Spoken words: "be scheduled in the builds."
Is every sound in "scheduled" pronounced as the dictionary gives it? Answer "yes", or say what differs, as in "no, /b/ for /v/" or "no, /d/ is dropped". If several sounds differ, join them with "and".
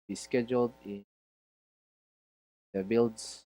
yes